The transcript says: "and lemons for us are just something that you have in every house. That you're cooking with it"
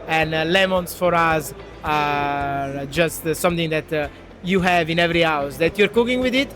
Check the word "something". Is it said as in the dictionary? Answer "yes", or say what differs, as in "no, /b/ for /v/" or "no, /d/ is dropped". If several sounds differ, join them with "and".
no, /t/ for /θ/